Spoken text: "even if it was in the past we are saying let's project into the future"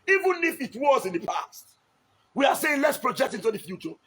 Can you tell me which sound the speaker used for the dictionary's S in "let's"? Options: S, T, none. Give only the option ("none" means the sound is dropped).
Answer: S